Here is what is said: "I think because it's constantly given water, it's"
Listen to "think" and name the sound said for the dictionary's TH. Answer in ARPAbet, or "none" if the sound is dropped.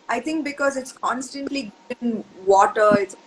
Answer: T